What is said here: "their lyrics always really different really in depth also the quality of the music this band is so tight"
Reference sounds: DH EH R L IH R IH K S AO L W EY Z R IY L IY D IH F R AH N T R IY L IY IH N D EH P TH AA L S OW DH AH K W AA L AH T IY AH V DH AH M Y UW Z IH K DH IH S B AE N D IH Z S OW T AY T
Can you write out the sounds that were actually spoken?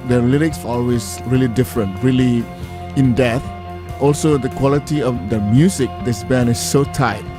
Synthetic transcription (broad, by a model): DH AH L IH R IH K S AO L W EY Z R IY L IY D IH F R AH N T R IY L IY IH N D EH TH AA L S OW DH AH K W AA L AH T IY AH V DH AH M Y UW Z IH K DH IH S B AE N IH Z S OW T AY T